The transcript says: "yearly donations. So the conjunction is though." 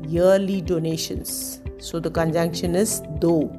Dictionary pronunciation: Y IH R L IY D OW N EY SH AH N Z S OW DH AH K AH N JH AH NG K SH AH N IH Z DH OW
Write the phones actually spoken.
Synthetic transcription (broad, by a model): Y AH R L IY D OW N EY SH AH N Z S OW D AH K AH N JH AH NG K SH AH N IH Z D OW